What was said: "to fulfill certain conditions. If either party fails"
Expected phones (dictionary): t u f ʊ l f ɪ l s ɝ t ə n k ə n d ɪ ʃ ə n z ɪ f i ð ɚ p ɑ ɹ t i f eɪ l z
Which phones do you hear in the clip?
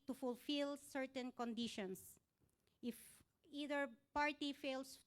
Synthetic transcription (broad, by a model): t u f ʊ l f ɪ l s ɝ t ə n k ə n d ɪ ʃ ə n s ɪ f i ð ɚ p ɑ ɹ t i f eɪ l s